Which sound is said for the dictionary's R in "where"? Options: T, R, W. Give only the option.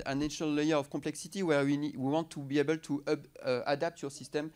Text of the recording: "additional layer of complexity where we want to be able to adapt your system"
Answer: W